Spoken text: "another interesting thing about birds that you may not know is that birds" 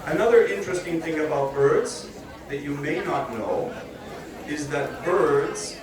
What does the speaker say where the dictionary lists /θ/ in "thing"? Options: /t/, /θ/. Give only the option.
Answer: /θ/